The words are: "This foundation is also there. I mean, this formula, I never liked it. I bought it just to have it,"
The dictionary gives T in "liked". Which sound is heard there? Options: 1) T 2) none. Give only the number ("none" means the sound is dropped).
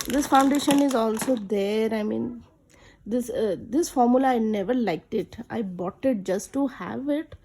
1